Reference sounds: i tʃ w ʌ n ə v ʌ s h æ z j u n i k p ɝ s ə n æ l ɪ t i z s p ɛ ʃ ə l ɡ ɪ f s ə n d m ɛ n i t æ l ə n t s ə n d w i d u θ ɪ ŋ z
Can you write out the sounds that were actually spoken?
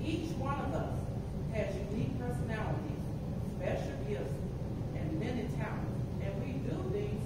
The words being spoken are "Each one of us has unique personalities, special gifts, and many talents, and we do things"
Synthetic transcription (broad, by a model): i tʃ w ʌ n ə v ʌ s h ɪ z j u n i k p ɝ s ə n æ l ɪ t i z s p ɛ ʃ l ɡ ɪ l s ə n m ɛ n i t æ ə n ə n w i d u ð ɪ